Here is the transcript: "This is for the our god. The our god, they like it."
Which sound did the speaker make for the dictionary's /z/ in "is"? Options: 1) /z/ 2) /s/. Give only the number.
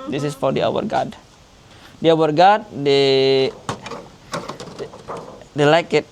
2